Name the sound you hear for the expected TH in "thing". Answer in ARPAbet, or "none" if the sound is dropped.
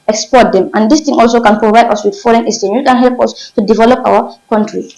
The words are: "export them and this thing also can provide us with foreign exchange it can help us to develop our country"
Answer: T